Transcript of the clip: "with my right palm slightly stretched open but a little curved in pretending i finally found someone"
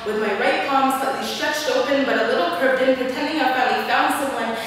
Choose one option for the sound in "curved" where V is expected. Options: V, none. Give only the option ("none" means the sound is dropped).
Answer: none